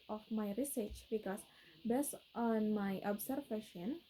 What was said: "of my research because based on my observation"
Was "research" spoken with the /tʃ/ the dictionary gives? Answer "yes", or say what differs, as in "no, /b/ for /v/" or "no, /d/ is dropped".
yes